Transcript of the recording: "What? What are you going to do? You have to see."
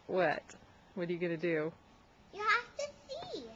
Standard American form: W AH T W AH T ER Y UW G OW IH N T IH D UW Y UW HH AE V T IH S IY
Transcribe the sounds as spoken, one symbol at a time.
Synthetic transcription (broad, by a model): W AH T W AH T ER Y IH G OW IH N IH D UW Y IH HH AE F T IH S IY